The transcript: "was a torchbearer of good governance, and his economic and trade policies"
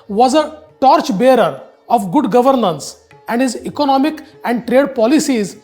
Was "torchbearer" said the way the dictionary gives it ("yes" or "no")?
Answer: yes